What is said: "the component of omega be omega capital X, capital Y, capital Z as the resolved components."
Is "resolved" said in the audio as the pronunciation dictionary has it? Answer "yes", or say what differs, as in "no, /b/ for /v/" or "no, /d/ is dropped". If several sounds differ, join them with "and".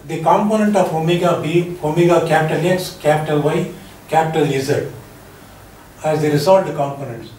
no, /v/ is dropped